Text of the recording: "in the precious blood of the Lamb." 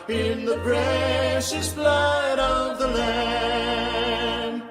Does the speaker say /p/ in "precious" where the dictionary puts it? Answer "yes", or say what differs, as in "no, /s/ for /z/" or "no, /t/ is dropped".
no, /b/ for /p/